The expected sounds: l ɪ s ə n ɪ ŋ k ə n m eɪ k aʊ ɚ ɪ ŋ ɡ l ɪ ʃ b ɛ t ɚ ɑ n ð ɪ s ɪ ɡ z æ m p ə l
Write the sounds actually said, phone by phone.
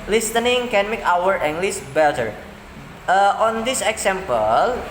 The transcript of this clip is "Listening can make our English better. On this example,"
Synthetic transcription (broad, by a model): l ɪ s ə n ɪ ŋ k ə n m eɪ k aʊ ɚ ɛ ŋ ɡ l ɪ s b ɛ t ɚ ɑ n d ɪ s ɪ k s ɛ m p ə l